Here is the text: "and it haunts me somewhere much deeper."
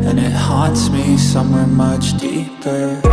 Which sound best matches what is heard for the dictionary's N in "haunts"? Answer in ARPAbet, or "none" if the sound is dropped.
none